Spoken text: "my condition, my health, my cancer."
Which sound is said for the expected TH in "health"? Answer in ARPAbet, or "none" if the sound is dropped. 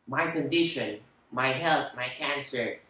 T